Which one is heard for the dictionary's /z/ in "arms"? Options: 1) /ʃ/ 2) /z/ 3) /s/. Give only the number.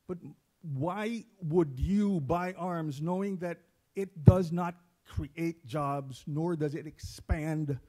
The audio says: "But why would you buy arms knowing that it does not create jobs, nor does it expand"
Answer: 2